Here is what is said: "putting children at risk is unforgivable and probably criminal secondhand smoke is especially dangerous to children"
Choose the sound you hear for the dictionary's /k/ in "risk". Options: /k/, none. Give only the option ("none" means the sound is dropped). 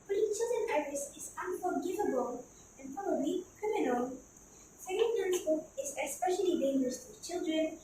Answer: none